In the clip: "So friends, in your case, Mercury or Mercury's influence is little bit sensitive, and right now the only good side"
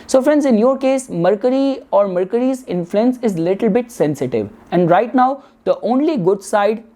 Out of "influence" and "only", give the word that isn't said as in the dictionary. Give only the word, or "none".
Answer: none